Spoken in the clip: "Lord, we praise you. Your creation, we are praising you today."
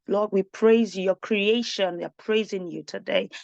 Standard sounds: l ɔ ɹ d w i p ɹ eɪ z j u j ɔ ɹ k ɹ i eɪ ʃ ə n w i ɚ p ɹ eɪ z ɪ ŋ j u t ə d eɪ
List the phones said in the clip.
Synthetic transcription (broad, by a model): l ɔ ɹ d w i p ɹ eɪ z j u j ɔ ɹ k ɹ i eɪ ʃ ə n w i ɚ p ɹ eɪ z ɪ ŋ j u t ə d eɪ